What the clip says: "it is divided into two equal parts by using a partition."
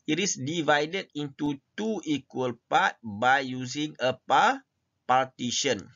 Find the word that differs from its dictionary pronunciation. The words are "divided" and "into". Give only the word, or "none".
none